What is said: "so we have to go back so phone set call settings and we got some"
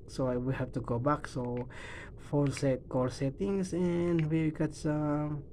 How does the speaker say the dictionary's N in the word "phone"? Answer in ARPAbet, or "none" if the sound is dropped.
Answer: L